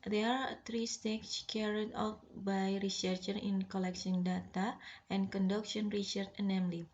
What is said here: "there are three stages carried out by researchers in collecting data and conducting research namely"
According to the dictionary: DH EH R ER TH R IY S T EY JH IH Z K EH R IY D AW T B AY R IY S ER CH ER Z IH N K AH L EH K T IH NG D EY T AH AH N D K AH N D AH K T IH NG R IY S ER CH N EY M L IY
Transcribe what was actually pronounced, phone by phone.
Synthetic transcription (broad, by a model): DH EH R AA T R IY S T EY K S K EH R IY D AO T B AY R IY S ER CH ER IH N K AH L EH K S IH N D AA T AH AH N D K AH N D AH K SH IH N R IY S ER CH N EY M L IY